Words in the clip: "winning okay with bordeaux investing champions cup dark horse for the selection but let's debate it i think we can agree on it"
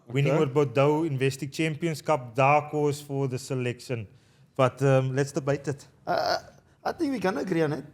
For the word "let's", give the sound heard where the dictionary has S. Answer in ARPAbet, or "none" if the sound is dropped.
S